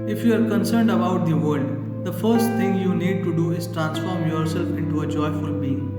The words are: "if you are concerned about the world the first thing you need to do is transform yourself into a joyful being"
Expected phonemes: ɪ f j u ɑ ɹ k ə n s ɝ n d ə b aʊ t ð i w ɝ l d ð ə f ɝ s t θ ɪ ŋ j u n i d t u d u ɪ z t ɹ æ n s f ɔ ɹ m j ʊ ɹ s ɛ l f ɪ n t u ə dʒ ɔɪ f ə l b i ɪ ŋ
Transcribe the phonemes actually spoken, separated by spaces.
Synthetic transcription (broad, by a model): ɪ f j u ɑ ɹ k ə n s ɝ n d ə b aʊ t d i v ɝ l d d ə f ɝ s t t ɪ ŋ j u n i d t u d u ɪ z t ɹ æ n s f ɔ ɹ m j ʊ ɹ s ɛ l f ɪ n t u ə dʒ ɔɪ f ə l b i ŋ